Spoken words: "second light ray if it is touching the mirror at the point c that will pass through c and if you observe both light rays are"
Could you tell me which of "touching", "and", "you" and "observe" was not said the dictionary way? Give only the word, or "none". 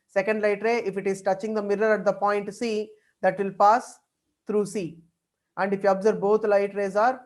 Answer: observe